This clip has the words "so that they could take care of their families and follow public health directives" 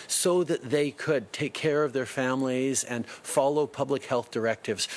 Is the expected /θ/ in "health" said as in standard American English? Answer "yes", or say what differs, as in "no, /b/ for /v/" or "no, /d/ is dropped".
yes